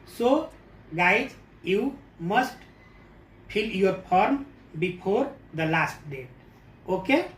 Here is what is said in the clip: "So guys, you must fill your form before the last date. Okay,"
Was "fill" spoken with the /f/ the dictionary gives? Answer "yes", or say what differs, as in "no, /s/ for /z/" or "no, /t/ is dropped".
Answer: no, /p/ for /f/